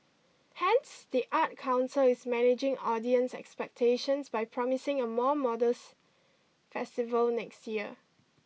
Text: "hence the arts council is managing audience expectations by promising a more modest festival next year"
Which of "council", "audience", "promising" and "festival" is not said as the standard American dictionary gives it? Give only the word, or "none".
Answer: none